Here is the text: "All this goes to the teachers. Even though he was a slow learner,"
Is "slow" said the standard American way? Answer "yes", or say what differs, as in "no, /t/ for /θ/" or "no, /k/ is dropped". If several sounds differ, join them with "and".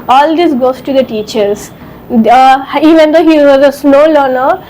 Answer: no, /n/ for /l/